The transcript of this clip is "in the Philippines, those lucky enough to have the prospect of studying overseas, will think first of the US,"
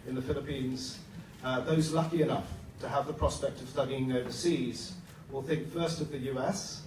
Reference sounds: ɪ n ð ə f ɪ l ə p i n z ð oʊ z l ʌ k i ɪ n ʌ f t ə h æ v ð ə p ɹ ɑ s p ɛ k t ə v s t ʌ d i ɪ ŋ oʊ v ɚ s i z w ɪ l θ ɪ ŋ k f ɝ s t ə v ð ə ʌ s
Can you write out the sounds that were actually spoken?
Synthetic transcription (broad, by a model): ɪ n ð ə f ɪ l ə p i n z ð oʊ z l ʌ k i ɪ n ʌ f t ə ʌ v ð ə p ɹ ɑ s p ɛ k t ə v s t ʌ d i ɪ ŋ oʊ v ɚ s i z w ɪ l θ ɪ ŋ k f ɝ s t ə v ð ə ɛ s